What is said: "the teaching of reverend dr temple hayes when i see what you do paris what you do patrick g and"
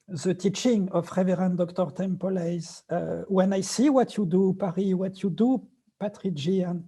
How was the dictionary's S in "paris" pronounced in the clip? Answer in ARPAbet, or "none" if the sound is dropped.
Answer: none